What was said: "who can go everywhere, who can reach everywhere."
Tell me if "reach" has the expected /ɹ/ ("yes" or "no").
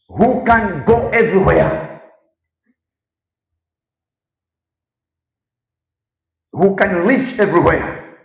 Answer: no